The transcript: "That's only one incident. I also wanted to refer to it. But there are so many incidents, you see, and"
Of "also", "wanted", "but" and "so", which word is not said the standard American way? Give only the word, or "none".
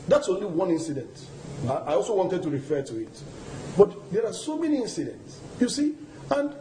none